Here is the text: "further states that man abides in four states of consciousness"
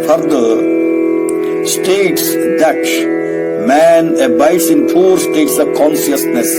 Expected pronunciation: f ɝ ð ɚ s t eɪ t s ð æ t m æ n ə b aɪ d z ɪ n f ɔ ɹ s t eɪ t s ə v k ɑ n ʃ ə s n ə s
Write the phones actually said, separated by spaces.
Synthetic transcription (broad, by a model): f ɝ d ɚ s t eɪ t s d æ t m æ n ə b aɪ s ɪ n p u ɹ s t eɪ t s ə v k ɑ n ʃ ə s n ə s